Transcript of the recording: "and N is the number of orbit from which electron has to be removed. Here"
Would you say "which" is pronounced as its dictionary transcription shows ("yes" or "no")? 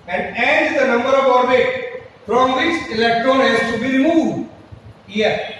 no